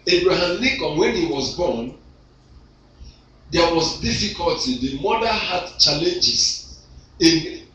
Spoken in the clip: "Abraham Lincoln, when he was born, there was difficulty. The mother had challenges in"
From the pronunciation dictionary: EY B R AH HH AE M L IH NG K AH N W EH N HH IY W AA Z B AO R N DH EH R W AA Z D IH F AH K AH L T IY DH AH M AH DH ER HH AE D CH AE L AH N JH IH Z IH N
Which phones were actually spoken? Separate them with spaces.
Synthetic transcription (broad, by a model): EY B R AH HH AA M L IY K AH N W EH N HH IY W AA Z B AO N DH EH W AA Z D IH F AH K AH L T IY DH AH M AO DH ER HH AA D CH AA L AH N JH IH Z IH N